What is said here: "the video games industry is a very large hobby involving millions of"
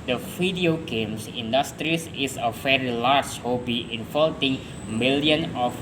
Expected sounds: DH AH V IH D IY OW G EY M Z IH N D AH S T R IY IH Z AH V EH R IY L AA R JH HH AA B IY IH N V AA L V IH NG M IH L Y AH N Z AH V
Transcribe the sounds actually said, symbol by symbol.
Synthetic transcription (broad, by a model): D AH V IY D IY OW G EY M S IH N D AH S T R IY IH S AH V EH R IY L AA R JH HH AA B IY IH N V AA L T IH NG M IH L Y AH N AH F